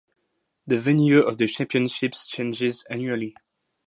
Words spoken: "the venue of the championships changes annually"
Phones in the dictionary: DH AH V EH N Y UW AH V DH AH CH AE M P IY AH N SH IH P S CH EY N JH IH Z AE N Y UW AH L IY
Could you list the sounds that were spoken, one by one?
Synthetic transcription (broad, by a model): DH AH V EH N Y UW AH V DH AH CH AE M P IY AH N SH IH P S CH EY N JH IH Z AE N Y UW AH L IY